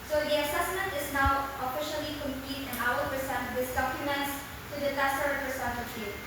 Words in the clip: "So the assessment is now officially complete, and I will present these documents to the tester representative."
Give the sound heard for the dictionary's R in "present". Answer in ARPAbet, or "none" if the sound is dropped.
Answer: none